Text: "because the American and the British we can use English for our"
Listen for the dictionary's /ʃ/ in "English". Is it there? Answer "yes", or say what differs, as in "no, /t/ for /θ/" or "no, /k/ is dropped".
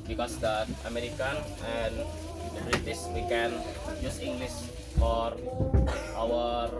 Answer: no, /s/ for /ʃ/